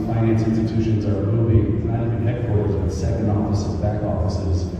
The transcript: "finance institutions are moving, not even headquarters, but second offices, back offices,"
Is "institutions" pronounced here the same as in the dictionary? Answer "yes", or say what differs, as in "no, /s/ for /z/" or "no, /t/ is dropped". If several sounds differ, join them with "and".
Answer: yes